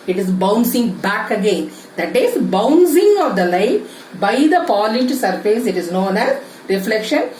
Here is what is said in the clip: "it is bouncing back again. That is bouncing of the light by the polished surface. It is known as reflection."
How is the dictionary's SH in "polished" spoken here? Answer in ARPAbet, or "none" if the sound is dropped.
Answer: none